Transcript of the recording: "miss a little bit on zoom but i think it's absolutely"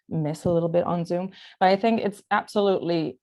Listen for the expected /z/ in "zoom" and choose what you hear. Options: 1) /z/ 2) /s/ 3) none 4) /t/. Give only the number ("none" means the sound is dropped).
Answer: 1